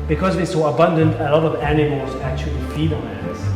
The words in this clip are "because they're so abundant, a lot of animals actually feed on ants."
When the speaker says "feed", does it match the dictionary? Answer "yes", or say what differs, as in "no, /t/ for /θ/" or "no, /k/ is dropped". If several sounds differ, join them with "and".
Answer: no, /p/ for /f/